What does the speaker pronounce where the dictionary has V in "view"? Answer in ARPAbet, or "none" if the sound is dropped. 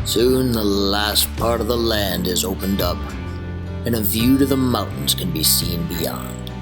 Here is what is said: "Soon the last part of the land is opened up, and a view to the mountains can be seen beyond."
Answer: V